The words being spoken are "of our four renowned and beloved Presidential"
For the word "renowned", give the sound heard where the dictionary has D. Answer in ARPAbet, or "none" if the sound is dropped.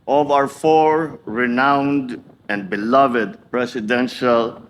D